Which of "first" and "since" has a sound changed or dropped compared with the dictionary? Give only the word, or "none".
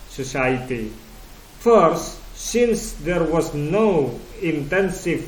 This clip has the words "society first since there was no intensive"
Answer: none